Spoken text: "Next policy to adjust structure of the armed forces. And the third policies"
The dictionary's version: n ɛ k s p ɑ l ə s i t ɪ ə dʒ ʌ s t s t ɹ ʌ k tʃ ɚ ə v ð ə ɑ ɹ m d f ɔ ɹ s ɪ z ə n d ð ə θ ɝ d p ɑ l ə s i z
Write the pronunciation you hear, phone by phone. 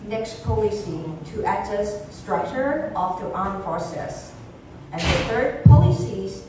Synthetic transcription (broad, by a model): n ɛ k s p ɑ l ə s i t ɪ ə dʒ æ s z s t ɹ ʌ k tʃ ɚ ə f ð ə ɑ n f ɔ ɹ s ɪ s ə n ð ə θ ɝ d p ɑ l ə s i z